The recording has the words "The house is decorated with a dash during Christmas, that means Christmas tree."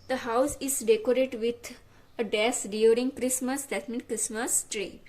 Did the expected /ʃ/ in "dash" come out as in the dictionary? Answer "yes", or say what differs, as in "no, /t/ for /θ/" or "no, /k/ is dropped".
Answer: no, /s/ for /ʃ/